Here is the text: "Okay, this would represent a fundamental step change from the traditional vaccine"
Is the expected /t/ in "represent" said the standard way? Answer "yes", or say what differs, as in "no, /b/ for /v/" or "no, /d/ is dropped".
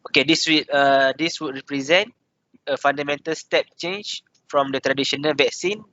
yes